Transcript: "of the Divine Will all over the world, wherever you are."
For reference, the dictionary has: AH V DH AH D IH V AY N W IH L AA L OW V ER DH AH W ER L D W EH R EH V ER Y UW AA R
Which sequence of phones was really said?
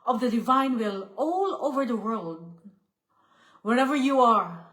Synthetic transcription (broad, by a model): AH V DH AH D IH V AY N W IH L AA L OW V ER DH AH W ER L D W EH R EH V ER Y UW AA R